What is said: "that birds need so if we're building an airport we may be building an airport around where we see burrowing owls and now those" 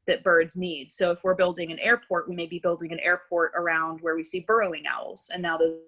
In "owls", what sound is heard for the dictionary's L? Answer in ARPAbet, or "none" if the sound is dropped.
L